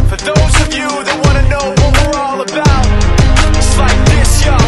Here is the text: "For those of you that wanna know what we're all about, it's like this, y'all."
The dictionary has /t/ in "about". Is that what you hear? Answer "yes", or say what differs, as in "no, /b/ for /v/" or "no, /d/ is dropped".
no, /t/ is dropped